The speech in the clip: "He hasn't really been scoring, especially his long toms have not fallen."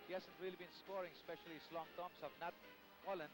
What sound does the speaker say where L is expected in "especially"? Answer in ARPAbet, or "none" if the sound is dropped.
none